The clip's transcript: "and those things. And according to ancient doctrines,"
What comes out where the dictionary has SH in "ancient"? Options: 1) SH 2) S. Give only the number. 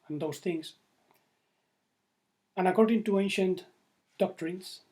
1